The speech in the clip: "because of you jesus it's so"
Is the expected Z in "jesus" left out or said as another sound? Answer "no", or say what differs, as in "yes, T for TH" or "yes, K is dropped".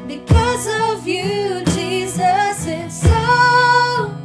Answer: no